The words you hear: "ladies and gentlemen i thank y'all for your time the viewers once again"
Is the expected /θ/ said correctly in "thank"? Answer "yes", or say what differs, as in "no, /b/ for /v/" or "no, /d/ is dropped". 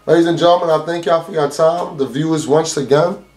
yes